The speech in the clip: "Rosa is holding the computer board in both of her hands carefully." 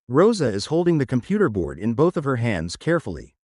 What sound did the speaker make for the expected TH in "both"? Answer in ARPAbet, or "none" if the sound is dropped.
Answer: TH